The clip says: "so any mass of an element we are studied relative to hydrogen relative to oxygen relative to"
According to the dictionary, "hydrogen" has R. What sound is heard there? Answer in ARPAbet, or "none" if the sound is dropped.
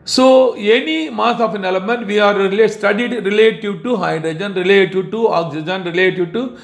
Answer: R